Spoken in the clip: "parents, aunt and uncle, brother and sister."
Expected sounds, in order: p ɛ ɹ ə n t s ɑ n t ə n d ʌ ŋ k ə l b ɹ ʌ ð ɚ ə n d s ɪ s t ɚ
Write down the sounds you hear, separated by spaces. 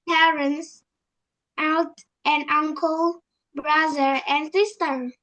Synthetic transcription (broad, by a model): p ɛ ɹ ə n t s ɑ l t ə n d ʌ ŋ k ə l b ɹ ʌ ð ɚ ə n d s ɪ s t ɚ